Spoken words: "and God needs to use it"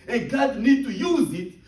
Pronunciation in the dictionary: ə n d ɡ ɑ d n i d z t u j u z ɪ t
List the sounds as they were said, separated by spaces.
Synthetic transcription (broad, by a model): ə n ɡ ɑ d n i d t u j u z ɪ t